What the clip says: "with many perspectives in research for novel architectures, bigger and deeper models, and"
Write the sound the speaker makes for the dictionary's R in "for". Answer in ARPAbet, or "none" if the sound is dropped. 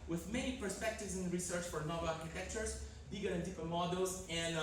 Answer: R